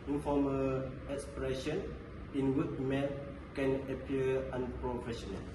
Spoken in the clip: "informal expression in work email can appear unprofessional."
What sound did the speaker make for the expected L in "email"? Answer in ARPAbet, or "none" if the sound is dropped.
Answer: N